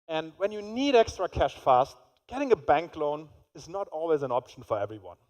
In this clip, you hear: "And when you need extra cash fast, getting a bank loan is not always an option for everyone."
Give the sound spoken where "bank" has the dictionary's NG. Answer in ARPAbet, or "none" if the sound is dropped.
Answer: NG